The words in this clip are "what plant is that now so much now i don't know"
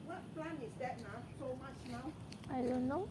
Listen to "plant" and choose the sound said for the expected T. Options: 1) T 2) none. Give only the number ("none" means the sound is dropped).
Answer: 2